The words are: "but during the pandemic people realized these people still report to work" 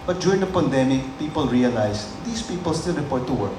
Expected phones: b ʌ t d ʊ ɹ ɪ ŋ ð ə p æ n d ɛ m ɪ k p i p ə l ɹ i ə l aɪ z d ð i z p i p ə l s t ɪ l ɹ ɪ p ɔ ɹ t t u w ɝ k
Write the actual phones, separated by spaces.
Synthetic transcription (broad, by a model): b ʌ t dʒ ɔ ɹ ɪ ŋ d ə p æ n d ɛ m ɪ k p i p ə l ɹ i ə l aɪ s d i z p i p ə l s t ɪ l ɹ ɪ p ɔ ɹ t t u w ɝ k